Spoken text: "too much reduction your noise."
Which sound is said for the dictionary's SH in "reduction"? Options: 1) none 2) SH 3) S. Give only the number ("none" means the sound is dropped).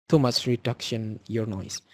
2